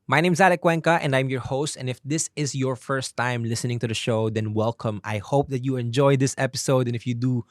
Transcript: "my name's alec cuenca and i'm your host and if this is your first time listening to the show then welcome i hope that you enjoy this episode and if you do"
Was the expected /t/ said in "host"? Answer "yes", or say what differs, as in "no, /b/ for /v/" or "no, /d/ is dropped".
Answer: yes